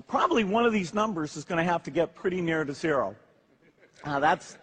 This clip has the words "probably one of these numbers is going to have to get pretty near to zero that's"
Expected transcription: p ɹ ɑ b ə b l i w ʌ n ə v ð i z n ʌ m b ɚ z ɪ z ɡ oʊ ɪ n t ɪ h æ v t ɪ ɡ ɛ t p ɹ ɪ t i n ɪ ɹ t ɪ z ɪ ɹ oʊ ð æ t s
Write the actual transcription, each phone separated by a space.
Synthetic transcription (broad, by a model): p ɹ ɑ b ə b l i w ʌ n ə v ð i z n ʌ m b ɚ z ɪ z ɡ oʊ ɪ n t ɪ h æ f t ɪ ɡ ɛ t p ɹ ɪ t i n ɪ ɹ t ɪ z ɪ ɹ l ð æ t s